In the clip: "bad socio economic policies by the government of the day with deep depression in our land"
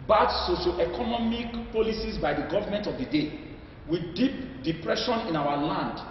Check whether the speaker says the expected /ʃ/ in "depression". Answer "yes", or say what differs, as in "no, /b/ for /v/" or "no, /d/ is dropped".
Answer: yes